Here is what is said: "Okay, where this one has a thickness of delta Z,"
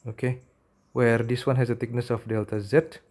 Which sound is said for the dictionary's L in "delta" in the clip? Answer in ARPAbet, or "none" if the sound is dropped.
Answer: L